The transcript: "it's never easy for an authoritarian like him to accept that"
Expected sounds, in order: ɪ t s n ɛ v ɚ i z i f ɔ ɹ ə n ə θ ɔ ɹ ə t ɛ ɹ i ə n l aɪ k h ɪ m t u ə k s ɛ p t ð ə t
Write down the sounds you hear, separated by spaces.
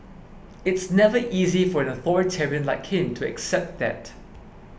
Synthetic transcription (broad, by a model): ɪ t s n ɛ v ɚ i z i f ɔ ɹ ə n ə θ ɔ ɹ ə t ɛ ɹ i ə n l aɪ k h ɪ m t u ə k s ɛ p t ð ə t